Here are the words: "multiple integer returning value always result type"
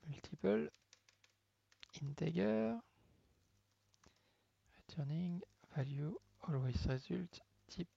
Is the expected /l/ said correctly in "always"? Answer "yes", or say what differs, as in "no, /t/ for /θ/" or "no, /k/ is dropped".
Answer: yes